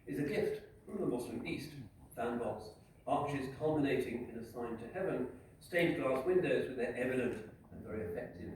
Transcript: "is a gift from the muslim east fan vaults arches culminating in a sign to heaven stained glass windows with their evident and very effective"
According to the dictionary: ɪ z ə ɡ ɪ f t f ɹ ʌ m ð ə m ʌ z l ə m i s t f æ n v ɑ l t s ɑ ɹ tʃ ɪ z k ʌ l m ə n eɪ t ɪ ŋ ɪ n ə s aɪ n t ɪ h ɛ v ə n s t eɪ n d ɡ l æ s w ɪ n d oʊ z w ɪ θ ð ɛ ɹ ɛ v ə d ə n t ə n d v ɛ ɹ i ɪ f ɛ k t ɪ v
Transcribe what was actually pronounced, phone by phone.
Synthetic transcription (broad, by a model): ɪ z ə ɡ ɪ f t f ɹ ʌ m ð ə m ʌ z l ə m i s t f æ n b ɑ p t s ɑ ɹ tʃ ɪ z k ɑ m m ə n eɪ t ɪ ŋ ɪ n ə s aɪ n t ɪ h ɛ v ə n s t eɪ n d ɡ l æ s w ɪ n d oʊ z w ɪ ð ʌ ɹ ɛ v ə d ə n t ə n v ɛ ɹ i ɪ f ɛ k t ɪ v